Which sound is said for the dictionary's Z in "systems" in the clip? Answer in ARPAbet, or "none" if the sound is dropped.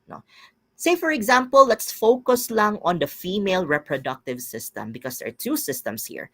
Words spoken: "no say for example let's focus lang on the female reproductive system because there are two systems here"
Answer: S